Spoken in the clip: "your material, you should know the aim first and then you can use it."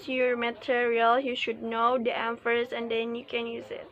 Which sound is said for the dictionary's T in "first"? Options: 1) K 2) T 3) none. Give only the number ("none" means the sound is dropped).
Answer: 3